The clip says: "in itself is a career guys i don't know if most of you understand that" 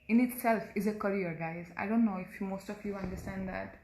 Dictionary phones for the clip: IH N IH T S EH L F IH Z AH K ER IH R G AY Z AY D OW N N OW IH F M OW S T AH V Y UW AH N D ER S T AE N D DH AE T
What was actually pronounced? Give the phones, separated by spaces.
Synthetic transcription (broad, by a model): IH N IH T S EH L F IH Z AH K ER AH R G AY Z AY D OW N N OW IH F M OW S T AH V Y UW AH N D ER S T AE N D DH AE T